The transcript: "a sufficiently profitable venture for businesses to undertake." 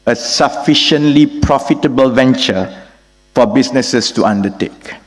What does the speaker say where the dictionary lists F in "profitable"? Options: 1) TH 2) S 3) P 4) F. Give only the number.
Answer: 4